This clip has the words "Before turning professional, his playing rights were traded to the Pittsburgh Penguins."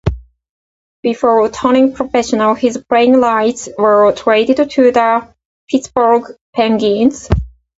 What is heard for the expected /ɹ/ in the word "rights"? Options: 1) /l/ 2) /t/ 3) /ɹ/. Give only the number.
1